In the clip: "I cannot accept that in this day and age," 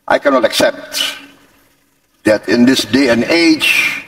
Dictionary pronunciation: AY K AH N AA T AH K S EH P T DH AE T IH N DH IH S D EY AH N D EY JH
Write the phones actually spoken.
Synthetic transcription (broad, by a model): AY K AH N AA T AH K S EH P T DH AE T IH N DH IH S D EY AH N EY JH